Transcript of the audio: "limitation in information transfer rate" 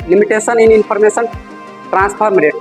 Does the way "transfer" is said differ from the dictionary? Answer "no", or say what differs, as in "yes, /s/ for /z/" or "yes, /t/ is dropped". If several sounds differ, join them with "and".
yes, /p/ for /f/